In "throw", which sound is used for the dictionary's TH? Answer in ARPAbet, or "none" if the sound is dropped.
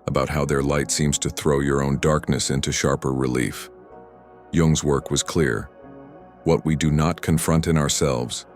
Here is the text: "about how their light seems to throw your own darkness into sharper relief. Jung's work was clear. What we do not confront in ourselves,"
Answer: TH